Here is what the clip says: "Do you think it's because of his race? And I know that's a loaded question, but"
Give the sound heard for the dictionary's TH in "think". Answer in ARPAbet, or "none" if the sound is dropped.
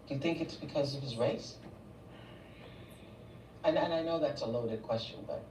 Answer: TH